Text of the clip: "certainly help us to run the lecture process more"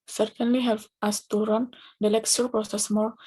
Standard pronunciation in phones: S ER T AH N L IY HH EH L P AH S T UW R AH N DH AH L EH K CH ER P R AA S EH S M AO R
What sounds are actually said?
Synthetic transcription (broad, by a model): S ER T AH N L IY HH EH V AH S T UW R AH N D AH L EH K S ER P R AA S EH S M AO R